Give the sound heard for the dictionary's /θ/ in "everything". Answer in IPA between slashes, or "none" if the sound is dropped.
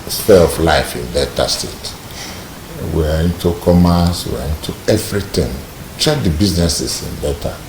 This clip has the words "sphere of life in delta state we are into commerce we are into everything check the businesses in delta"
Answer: /t/